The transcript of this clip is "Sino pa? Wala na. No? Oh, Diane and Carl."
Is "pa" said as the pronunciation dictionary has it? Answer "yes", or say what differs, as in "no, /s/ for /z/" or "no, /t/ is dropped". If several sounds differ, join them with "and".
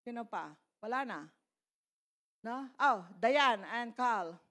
yes